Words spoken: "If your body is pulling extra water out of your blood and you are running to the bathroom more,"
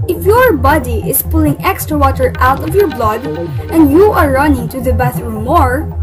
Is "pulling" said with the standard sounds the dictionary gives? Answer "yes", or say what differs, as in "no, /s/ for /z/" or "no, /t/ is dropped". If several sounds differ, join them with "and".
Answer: yes